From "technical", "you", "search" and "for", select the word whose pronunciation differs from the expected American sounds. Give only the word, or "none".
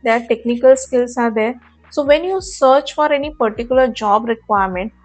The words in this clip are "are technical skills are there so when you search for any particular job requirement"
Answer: none